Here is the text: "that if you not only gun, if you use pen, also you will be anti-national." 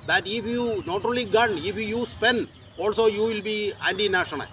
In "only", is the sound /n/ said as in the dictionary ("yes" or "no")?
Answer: no